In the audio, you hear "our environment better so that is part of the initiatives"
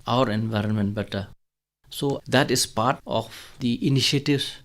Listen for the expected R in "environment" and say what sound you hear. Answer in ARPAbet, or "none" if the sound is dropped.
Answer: R